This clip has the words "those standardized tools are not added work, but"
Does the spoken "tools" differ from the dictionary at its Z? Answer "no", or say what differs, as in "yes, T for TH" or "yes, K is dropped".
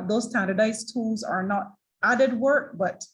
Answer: no